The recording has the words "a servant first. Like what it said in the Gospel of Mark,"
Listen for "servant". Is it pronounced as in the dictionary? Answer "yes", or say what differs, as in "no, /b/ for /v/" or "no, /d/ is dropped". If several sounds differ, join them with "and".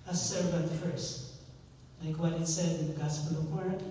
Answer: no, /b/ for /v/